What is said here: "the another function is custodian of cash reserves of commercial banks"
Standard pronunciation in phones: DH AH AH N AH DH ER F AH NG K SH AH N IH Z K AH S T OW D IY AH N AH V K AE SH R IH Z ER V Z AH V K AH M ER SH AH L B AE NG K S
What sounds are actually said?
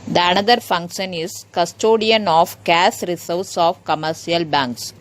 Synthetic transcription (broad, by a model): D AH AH N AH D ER F AH NG K SH AH N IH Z K AH S T OW D IY AH N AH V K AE S R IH S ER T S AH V K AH M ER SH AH L B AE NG K S